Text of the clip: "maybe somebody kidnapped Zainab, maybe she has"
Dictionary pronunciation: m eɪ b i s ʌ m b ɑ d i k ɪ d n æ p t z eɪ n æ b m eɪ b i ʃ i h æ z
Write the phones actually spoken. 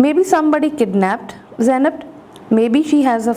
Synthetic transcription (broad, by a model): m eɪ b i s ʌ m b ɑ d i k ɪ d n æ p t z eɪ n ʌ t m eɪ b i ʃ i h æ z